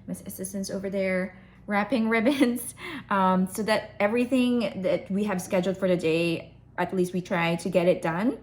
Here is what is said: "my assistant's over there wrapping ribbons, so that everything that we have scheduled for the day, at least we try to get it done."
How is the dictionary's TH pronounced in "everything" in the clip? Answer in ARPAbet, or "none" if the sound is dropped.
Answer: TH